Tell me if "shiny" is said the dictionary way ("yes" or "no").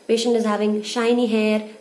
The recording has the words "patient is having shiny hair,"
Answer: yes